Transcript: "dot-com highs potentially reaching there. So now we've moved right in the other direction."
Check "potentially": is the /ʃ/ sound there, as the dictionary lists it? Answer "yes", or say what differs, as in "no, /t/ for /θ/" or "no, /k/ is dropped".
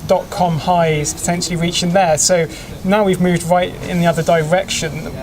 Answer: yes